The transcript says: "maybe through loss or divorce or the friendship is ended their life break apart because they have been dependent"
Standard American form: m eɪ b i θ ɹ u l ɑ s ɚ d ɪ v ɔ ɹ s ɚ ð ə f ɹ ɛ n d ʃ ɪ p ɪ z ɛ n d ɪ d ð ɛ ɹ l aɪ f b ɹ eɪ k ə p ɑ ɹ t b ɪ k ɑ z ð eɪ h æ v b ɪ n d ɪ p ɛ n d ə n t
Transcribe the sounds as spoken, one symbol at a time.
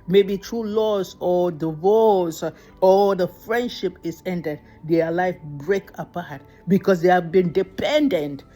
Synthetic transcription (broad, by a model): m eɪ b i t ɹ u l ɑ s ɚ d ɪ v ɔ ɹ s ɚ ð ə f ɹ ɛ n d ʃ ɪ p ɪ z ɛ n d ɪ d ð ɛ l aɪ f b ɹ eɪ k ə p ɑ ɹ t b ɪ k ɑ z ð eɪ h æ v b ɪ n d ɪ p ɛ n d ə n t